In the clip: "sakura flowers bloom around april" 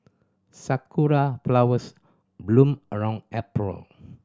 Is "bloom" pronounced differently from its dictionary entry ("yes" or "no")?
no